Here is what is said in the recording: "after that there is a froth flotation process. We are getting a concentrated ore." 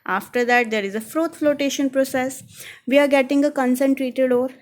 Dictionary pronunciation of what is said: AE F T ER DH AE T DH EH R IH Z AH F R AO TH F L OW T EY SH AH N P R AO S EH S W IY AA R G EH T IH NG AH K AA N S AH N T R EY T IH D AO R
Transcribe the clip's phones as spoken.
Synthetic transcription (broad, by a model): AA F T ER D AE T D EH R IH Z AH F R AO T F L OW T EY SH AH N P R AO S EH S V IY AA R G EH T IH NG AH K AA N S AH N T R EY T IH D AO R